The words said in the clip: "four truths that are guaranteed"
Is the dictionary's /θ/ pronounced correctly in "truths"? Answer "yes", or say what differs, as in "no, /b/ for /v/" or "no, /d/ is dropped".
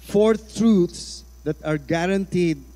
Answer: no, /t/ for /θ/